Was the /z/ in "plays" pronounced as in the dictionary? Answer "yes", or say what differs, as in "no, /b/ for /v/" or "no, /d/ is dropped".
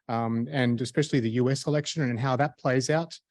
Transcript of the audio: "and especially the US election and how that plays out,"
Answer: yes